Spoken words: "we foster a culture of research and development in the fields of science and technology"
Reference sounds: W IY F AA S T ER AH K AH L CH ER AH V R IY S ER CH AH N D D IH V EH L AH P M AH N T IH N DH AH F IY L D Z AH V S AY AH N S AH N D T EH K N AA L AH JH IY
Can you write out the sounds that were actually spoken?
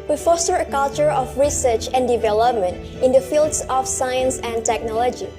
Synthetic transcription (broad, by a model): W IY F AA S T ER AH K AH L CH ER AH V R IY S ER CH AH N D D IH V EH L AH P M AH N T IH N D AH F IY L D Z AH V S AY AH N S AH N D T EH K N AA L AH JH IY